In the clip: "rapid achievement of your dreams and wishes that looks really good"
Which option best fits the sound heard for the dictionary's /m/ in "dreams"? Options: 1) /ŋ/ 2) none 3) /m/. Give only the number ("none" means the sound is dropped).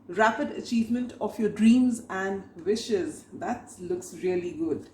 3